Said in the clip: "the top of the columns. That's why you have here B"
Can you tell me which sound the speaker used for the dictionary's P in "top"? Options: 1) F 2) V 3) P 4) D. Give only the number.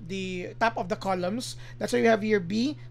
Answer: 3